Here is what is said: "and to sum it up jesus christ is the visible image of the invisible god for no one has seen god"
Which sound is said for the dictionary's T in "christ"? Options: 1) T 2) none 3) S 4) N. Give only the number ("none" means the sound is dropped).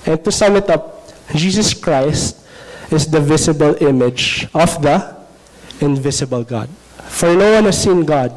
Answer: 1